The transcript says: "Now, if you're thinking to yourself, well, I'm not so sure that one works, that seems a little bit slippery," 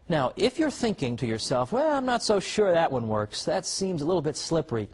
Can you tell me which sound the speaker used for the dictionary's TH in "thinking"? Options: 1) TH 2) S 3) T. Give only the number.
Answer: 1